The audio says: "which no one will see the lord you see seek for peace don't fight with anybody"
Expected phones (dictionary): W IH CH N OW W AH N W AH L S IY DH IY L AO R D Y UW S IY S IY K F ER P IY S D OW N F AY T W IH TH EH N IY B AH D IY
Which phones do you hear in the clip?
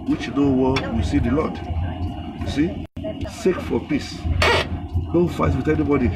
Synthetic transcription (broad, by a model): W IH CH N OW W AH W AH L S IY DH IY L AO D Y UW S IY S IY K F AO P IY S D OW F AY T W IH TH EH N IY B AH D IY